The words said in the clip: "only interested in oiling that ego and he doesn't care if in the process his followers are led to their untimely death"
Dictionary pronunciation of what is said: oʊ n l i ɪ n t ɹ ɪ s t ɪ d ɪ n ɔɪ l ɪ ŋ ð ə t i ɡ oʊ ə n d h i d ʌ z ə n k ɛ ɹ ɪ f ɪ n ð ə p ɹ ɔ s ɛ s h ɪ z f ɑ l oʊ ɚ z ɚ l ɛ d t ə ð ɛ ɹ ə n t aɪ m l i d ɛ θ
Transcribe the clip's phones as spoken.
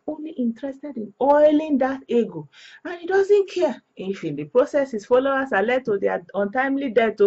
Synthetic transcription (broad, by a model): oʊ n l i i n t ɹ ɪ s t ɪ d ɪ n ɔɪ l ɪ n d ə t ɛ ɡ oʊ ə n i d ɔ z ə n k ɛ ɪ f ɪ n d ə p ɹ ɔ s ɛ s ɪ s f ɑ l oʊ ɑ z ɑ l ɛ d t ə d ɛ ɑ ə n t aɪ m l i d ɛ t